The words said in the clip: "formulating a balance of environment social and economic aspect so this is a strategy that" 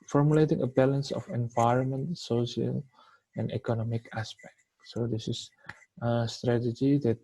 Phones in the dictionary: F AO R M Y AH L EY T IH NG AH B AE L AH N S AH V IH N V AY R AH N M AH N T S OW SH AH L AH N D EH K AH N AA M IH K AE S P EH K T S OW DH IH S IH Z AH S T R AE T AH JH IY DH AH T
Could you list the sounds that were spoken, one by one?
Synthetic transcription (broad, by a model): F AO R M Y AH L EY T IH NG AH B AE L AH N S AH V IH N V AY R AH N M AH N T S OW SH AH L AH N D EH K AH N AA M IH K AE S P EH K T S OW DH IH S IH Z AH S T R AE T AH JH IY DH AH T